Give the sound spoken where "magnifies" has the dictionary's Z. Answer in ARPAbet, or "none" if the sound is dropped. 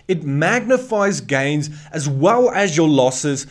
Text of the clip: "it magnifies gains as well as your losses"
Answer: Z